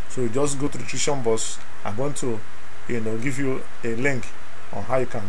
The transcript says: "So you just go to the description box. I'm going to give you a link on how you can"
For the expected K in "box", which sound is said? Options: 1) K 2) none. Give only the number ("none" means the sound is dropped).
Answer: 2